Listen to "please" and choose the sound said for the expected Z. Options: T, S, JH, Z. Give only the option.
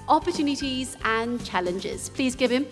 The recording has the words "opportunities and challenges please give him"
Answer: Z